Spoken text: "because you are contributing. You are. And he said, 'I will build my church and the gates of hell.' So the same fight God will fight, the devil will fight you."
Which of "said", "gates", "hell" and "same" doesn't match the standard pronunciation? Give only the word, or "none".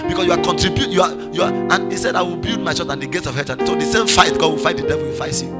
hell